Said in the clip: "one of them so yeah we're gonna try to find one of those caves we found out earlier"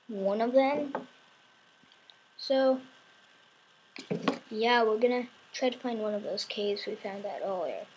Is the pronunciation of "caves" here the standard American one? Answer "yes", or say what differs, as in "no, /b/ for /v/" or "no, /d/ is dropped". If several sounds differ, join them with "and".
no, /v/ is dropped